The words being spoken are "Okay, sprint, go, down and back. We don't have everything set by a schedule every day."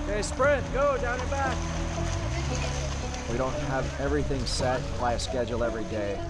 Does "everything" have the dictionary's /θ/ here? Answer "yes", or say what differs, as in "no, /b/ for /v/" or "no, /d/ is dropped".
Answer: yes